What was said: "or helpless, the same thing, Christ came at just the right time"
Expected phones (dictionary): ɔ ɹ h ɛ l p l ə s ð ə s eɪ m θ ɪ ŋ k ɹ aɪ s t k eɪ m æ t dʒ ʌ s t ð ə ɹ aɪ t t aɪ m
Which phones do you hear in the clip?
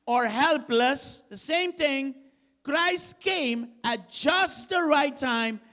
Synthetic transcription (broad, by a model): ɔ ɹ h ɛ l p l ə s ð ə s eɪ m t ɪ ŋ k ɹ aɪ s t k eɪ m æ t dʒ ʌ s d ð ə ɹ aɪ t t aɪ m